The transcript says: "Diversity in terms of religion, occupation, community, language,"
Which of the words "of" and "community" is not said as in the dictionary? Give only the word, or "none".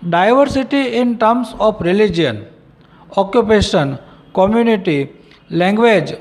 of